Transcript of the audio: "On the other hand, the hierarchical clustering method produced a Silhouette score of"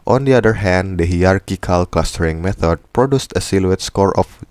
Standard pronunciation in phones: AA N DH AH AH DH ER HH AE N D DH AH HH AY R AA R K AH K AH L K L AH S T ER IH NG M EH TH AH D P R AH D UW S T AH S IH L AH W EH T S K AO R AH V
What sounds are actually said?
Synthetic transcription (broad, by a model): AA N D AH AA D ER HH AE N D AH HH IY AA R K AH K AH L K L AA S T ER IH NG M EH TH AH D P R AH D UW S T AH S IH L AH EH T S K AO R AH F